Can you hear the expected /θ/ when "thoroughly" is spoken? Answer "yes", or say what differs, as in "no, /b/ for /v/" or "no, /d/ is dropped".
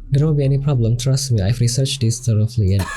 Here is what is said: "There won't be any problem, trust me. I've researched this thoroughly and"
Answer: no, /t/ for /θ/